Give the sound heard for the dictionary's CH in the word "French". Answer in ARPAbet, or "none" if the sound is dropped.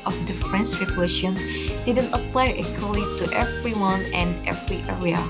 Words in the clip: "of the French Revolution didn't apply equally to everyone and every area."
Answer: S